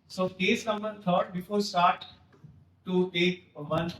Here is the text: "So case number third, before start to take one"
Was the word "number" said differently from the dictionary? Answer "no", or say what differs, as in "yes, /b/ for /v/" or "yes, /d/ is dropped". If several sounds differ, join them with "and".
yes, /b/ is dropped